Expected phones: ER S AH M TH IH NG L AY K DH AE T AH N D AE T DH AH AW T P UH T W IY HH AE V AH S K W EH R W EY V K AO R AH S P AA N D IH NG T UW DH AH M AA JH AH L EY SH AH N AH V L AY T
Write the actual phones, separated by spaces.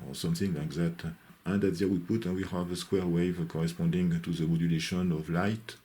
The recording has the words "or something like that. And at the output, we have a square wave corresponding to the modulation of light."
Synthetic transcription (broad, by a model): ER S AH M TH IH NG L AY K DH AE T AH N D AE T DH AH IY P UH T W IY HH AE V AH S K W EH R W EY V K AO R AH S P AA N D IH NG T UW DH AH M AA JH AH L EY SH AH N AH V L AY T